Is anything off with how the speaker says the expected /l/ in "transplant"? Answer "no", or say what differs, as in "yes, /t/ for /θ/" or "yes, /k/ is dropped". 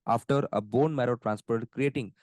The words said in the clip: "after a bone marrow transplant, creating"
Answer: yes, /l/ is dropped